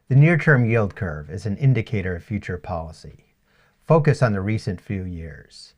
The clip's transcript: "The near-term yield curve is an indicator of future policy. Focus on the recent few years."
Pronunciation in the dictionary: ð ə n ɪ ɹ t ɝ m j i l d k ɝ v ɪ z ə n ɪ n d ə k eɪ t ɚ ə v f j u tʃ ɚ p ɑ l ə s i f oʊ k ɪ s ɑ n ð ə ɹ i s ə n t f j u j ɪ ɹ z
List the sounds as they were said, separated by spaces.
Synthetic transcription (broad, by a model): ð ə n ɪ ɹ t ɝ m j i l d k ɝ v ɪ z n ɪ n d ə k eɪ t ɚ ə v f j u tʃ ɚ p ɑ l ə s i f oʊ k ɪ s n ð ə ɹ i s ə n t f j u j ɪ ɹ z